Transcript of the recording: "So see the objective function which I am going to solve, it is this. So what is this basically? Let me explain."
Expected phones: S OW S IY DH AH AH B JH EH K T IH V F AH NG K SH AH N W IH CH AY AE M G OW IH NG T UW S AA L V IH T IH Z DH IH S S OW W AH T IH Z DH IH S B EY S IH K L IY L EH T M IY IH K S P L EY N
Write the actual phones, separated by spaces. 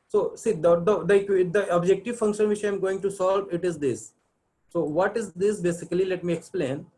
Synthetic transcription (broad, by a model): S OW S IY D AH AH B JH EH K T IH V F AH NG K SH AH N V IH CH AY M G OW IH NG T UW S AA L V IH T IH Z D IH S S OW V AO T IH Z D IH S B EY S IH K L IY L EH T M IY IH K S P L EY N